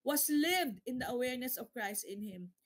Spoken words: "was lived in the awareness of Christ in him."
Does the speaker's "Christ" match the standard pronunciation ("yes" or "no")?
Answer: yes